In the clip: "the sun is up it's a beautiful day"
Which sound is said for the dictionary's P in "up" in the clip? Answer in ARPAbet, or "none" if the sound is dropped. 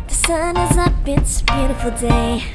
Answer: B